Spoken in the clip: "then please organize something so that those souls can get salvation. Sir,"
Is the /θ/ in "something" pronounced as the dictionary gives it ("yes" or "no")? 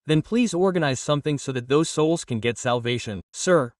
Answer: yes